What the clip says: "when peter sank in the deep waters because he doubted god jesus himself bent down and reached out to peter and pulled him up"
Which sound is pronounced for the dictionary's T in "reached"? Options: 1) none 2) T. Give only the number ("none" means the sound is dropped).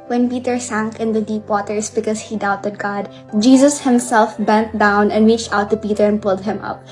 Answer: 2